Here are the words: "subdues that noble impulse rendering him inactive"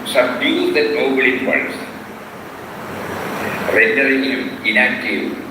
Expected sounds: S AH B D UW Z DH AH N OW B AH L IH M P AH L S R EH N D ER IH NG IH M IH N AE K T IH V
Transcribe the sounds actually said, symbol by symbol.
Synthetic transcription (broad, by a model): S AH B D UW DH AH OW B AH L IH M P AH S R EH N D ER IH NG IH M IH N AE K T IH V